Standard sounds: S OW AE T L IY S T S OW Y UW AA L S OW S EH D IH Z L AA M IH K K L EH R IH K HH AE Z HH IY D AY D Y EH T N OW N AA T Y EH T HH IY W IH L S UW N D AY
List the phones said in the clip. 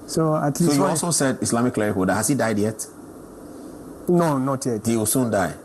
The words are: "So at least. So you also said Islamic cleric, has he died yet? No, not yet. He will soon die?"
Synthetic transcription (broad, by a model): S OW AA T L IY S S OW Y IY AA L S OW S EH D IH S L AA M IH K K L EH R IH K HH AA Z HH IY D AY D Y EH T N OW N AA T Y EH T HH IY W IH L S UW N D AY